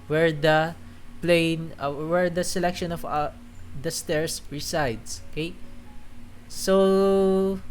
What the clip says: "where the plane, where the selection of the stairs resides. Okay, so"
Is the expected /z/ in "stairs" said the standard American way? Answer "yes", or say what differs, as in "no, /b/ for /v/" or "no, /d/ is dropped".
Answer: no, /s/ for /z/